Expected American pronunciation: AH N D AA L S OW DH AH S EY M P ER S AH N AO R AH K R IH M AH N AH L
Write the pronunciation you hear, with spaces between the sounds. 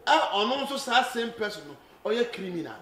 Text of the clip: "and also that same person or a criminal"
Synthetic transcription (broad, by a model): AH N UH N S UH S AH S EY M P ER S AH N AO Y AH K R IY M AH N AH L